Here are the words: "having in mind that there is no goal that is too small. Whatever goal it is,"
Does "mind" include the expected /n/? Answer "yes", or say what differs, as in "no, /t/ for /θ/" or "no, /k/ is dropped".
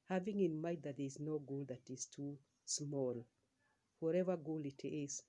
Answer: no, /n/ is dropped